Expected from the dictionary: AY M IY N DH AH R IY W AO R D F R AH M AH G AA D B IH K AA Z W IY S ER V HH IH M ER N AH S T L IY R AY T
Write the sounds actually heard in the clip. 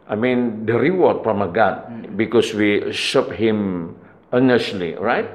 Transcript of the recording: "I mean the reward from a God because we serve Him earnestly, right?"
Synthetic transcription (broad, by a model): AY M IY N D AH R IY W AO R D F R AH M AH G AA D B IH K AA S W IY SH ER P HH IH M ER N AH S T L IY R AY T